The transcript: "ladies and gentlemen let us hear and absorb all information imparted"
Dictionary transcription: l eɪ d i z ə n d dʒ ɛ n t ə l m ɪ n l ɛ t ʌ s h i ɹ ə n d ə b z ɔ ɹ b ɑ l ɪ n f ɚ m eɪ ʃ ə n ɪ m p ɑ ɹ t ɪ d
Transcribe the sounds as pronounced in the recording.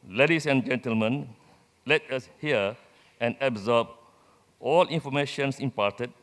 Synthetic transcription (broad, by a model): l eɪ d i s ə n dʒ ɛ n t ə l m ɪ n l ɛ t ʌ s h i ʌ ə n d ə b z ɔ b ɑ l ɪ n f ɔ m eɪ ʃ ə n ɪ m p ɑ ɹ t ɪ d